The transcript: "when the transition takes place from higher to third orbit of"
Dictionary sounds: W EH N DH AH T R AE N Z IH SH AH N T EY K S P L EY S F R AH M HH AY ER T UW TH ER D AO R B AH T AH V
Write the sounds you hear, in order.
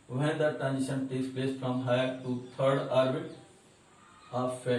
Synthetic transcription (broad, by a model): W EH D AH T AE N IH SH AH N T EY K S P L EY S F R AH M HH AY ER T UW T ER D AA R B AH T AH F